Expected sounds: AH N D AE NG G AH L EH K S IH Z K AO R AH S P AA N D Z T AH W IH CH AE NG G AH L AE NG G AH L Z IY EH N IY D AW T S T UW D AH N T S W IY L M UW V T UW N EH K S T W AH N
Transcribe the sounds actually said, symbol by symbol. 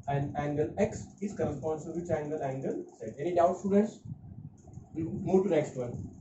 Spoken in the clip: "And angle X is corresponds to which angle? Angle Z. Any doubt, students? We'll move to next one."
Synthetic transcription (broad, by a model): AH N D AE NG G AH L EH K S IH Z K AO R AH S P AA N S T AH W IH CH AE NG G AH L AE NG G AH L S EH EH N IY D AW T S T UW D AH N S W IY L M UW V T UW N EH K S T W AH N